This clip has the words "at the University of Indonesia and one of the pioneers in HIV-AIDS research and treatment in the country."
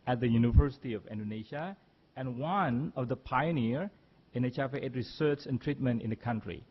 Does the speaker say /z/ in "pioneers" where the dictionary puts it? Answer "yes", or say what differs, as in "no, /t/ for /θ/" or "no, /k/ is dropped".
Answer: no, /z/ is dropped